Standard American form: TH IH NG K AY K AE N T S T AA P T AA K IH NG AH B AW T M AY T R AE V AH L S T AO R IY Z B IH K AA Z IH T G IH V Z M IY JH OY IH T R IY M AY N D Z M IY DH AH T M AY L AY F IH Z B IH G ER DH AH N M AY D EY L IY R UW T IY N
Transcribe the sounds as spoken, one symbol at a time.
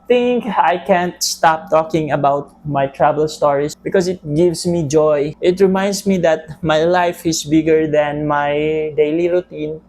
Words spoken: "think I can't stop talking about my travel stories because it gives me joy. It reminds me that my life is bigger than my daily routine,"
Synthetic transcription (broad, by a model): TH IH NG K AY K AE N T S T AA P T AA K IH NG AH B AW T M AY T R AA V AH L S T AO R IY S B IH K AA S IH T G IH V S M IY JH OY IH T R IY M AY N D S M IY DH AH T M AY L AY F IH S B IH G ER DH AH N M AY D EY L IY R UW T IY N